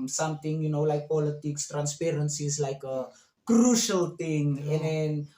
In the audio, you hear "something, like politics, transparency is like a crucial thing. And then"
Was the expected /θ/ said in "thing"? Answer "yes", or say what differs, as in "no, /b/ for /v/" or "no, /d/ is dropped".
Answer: no, /t/ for /θ/